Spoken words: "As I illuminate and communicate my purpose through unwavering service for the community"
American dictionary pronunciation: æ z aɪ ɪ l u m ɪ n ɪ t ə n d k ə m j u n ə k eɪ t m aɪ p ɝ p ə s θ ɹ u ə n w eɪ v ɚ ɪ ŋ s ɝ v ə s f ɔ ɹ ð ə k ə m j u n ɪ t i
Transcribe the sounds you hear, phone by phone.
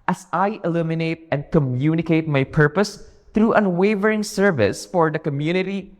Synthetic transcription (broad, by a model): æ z aɪ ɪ l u m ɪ n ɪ t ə n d k ə m j u n ə k eɪ t m aɪ p ɝ p ə s t ɹ u ə n w eɪ v ɚ ɪ ŋ s ɝ v ə s f ɔ ɹ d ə k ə m j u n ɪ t i